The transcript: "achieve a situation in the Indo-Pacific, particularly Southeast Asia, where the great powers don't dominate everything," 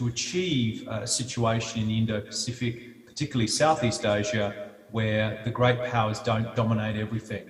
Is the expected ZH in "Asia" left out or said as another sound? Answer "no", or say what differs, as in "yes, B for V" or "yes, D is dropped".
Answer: no